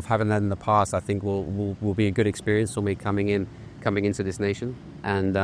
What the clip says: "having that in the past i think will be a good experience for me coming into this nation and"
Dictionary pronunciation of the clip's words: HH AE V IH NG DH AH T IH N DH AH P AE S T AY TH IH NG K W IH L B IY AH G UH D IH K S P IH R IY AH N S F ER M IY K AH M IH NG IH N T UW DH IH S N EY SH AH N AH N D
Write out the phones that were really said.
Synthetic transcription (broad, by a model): HH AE V IH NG DH AH T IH N DH AH P AE S T AY TH IH NG K W IH L B IY AH G UH D IH K S P IH R IY AH N S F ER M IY K AH M IH NG IH N T UW DH IH S N EY SH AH N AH N